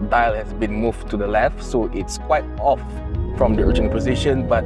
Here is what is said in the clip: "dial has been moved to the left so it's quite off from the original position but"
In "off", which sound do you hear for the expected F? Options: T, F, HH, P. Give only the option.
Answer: F